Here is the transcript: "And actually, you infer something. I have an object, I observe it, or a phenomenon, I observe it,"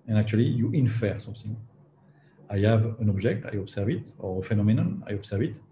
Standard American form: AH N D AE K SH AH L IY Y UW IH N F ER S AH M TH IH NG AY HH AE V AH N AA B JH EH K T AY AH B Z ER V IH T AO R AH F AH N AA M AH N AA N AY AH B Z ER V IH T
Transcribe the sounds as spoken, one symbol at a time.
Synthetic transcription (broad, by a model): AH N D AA K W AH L IY Y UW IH N F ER S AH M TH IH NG AY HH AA V AH N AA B ZH EH K T AY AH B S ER V IH T AO R AH F AH N AA M AH N AA N AY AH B S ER V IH T